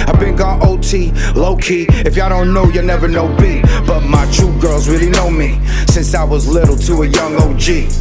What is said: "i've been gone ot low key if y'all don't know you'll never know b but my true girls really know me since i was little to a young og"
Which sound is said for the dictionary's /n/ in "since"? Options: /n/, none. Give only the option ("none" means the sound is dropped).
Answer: /n/